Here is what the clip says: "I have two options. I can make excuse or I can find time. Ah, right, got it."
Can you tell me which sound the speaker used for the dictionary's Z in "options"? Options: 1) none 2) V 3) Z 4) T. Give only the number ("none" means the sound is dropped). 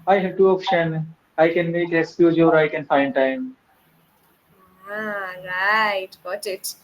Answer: 1